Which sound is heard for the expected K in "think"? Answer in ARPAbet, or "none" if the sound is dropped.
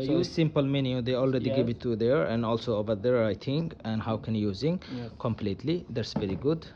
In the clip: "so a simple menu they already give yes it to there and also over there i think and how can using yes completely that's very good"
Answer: none